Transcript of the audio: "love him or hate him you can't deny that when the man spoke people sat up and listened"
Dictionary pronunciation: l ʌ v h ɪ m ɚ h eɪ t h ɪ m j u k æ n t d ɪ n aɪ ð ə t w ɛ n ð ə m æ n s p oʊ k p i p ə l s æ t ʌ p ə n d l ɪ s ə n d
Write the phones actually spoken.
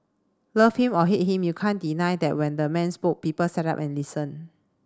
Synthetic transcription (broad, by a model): l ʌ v h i m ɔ h eɪ t h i m j u k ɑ n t d ɪ n aɪ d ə t w ɛ n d ə m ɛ n s p oʊ k p i p ə l s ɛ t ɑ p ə n l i s ə n